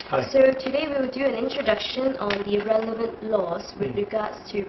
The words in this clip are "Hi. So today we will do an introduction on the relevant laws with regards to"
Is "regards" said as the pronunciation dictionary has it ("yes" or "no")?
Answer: no